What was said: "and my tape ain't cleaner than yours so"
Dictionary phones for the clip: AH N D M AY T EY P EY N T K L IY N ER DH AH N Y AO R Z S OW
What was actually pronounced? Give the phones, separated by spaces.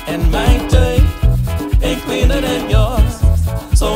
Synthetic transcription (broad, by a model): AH N M AY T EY EY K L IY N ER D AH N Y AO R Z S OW